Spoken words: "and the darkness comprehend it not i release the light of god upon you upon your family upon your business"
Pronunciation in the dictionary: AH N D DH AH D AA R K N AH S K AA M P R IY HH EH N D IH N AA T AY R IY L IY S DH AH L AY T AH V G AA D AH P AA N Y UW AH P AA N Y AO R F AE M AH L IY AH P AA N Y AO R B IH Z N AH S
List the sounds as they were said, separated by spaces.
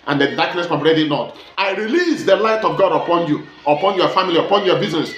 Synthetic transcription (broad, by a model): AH N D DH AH D AA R K N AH S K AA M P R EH D IH N AA T AY R IY L IY S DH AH L AY T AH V G AA D AH P AA N Y UW AH P AA N Y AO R F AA M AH L IY AH P AA N Y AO B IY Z N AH S